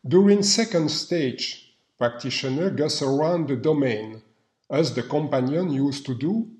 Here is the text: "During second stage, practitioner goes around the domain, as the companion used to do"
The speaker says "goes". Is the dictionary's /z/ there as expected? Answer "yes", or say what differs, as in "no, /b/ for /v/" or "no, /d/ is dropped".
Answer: no, /s/ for /z/